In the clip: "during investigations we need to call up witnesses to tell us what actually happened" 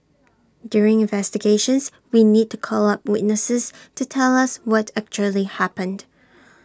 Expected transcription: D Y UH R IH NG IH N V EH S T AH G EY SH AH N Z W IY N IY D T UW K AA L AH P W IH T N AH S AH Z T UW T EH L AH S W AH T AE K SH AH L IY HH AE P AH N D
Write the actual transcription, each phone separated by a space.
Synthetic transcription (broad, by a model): D Y UH R IH NG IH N V EH S T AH G EY SH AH N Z W IY N IY D T UW K AA L AH P W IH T N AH S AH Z T UW T EH L AH S W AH T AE K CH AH L IY HH AE P AH N D